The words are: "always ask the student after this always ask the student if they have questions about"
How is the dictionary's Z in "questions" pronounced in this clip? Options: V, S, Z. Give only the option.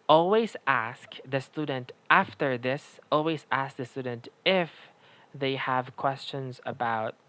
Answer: Z